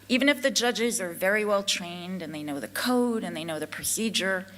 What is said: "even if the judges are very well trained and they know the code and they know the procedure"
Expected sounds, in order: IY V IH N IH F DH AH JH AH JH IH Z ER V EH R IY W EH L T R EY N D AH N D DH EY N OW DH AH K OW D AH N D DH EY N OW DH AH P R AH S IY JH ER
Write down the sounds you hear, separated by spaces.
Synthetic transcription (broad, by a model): IY V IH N IH F DH AH JH AH JH IH Z ER V EH R IY W EH L T R EY N D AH N DH EY N OW DH AH K OW D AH N DH EY N OW DH AH P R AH S IY JH ER